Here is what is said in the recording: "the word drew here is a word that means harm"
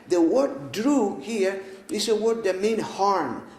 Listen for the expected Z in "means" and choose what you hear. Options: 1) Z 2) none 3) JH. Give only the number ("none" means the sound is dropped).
2